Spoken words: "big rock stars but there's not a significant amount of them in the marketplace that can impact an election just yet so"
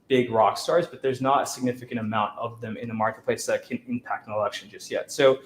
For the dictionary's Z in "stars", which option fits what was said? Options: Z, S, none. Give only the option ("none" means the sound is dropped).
Z